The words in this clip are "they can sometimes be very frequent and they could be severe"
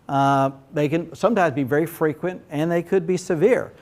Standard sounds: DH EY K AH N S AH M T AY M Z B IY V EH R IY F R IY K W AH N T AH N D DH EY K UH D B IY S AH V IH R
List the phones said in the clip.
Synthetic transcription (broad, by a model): DH EY K AH N S AH M T AY M Z B IY V EH R IY F R IY K W AH N T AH N DH EY K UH D B IY S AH V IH R